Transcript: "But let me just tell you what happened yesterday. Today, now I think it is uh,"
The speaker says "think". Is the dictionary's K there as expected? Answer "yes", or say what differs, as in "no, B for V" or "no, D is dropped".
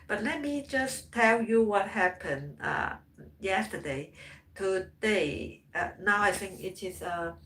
yes